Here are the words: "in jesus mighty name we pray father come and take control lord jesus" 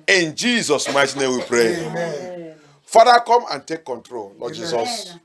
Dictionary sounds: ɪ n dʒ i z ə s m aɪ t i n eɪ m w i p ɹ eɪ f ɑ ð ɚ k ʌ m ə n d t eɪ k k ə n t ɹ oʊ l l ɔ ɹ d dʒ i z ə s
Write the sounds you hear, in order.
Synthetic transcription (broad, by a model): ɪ n dʒ i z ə s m aɪ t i n eɪ m w i p ɹ eɪ f ɑ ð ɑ k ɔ m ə n t eɪ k k ə n t ɹ oʊ l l ɔ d dʒ i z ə s